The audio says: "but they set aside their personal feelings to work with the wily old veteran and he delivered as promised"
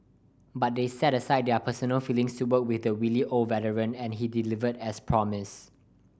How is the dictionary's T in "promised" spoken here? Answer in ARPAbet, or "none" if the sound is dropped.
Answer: none